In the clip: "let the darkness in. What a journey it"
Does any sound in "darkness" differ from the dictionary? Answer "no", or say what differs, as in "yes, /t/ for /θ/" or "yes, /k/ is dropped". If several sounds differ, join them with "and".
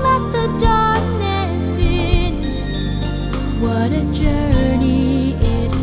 yes, /k/ is dropped